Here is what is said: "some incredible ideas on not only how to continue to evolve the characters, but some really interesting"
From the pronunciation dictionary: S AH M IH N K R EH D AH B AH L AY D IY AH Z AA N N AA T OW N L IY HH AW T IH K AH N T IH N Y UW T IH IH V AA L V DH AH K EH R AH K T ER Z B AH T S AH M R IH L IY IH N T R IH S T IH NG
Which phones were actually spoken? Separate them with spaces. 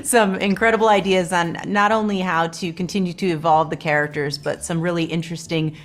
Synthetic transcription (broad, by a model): S AH M IH N K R EH D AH B L AY D IY AH Z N N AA T OW N L IY HH AW T IH K AH N T IH N Y UW T IH IH V AA L V DH AH K EH R AH K T ER Z B AH T S AH M R IH L IY IH N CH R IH S T IH NG